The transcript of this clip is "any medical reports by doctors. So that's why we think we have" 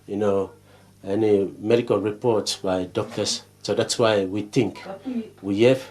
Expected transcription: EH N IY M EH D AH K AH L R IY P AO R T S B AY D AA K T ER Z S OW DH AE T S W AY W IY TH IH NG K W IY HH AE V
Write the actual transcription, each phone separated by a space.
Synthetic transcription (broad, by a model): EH N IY M EH D AH K AH L R IY P AO R T S B AY D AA K T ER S S OW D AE T S W AY W IY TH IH NG K W IY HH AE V